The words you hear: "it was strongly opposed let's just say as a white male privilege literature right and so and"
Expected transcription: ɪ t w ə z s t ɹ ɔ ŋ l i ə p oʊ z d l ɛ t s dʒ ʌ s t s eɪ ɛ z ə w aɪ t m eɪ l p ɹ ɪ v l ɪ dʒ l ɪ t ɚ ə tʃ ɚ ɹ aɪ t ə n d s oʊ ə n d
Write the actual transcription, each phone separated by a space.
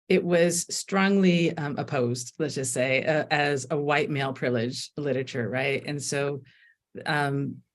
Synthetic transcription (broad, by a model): ɪ t w ə z s t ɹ ɔ ŋ l i ə p oʊ z d l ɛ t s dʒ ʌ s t s eɪ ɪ z ə w aɪ t m eɪ l p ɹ ɪ l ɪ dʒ l ɪ t ɚ ə tʃ ɚ ɹ aɪ t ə n s oʊ ə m